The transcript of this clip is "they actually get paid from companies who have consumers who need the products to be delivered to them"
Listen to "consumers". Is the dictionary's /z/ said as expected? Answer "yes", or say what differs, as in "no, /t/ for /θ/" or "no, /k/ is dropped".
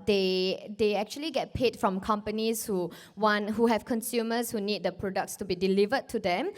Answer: no, /s/ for /z/